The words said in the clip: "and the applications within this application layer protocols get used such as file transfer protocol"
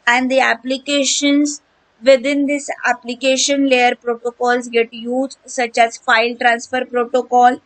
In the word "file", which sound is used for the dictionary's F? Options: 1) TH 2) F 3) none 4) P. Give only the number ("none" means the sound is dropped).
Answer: 2